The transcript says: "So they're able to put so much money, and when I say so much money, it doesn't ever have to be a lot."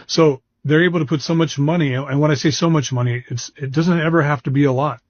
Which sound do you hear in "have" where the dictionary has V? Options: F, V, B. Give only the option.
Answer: F